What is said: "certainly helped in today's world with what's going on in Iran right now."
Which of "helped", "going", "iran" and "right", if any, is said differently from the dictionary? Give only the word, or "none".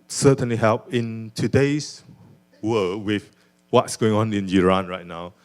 helped